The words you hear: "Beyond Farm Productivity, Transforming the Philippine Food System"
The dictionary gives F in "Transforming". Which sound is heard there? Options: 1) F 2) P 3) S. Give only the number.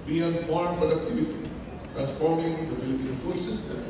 2